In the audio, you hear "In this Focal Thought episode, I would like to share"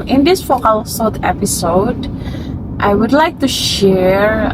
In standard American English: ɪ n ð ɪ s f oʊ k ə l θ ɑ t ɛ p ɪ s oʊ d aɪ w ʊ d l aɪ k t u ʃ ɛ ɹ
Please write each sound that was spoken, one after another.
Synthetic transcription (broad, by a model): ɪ n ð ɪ s f oʊ k ə l s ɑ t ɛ p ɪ s oʊ d aɪ w ʊ d l aɪ k t u ʃ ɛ ɹ